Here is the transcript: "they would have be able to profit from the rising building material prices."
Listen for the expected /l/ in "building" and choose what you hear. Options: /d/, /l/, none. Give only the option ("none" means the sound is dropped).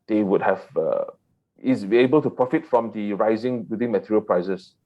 none